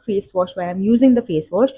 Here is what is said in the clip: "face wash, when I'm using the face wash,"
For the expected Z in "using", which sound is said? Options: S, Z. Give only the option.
Z